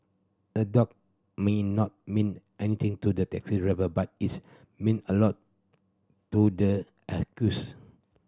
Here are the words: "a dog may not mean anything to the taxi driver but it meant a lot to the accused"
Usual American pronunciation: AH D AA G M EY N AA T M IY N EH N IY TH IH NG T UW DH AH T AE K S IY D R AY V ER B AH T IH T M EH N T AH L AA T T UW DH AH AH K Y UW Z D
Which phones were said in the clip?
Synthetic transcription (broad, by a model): AH D AA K M EY N AA T M IY N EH N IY T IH NG T UW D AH T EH K S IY R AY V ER B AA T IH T M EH N AH L AA T T UW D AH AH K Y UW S